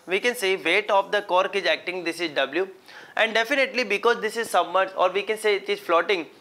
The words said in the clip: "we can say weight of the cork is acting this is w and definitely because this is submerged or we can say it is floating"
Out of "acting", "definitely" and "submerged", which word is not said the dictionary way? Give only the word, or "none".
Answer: submerged